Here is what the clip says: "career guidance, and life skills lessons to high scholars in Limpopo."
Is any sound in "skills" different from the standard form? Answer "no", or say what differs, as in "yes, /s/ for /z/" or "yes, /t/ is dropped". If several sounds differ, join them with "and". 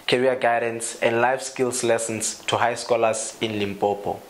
yes, /s/ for /z/